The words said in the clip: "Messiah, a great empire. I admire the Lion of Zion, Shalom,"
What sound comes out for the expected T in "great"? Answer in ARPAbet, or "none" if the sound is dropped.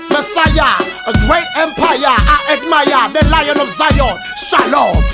T